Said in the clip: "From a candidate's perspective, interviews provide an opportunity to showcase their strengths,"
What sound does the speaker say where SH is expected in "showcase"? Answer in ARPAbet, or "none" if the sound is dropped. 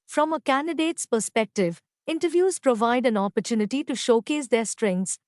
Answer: SH